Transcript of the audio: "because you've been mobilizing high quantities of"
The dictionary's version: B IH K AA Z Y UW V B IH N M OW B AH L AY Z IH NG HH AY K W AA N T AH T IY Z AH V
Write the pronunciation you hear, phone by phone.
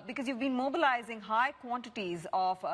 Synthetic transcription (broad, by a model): B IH K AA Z Y UW V B IH N M OW B AH L AY Z IH NG HH AY K W AA N T AH T IY Z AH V